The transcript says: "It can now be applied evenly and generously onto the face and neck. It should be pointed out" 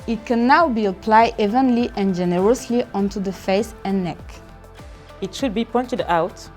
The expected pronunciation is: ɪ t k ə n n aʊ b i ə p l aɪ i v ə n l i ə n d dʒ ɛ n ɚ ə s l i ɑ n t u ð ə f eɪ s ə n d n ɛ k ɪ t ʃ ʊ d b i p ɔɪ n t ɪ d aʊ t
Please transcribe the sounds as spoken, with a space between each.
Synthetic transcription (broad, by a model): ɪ t k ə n n aʊ b i ə p l aɪ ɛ v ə n l i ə n dʒ ɛ n ɚ ə s l i ɑ n t u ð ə f eɪ s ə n n ɛ k ɪ t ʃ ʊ d b i p ɔɪ n t ɪ d aʊ t